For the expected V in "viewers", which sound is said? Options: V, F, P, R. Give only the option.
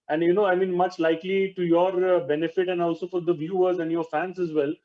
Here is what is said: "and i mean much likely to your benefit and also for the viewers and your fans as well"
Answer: V